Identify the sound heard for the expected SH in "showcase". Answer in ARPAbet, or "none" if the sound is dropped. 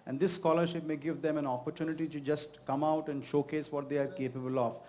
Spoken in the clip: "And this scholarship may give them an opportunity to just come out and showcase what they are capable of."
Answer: SH